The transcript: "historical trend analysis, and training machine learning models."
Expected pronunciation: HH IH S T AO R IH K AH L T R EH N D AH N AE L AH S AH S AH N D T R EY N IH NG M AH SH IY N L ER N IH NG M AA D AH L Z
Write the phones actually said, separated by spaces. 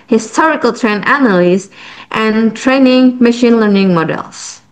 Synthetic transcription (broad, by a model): HH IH S T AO R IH K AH L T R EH N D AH N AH L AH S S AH N T R EY N IH NG M AH SH IY N L ER N IH NG M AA D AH L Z